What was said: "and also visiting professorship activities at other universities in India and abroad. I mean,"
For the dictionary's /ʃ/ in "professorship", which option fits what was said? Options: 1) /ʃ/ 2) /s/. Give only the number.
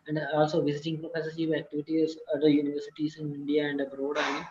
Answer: 2